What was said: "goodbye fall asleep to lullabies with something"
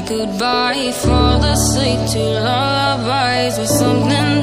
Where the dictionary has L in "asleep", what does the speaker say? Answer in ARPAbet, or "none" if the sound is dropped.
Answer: none